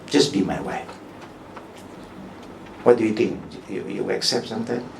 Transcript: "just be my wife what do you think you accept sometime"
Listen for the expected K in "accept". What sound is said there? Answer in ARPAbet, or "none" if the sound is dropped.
K